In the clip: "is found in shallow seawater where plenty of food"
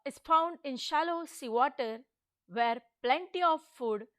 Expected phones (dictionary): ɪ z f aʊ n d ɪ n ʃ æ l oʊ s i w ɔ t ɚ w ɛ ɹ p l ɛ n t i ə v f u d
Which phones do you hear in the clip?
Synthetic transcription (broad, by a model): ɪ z f aʊ n d ɪ n ʃ æ l oʊ s i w ɔ t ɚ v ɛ ɹ p l ɛ n t i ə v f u d